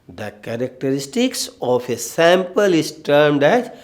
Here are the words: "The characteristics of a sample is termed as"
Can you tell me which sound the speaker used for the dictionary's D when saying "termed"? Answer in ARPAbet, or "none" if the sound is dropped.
D